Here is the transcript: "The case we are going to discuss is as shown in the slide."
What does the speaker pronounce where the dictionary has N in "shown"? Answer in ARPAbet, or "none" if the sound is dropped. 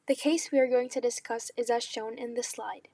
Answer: N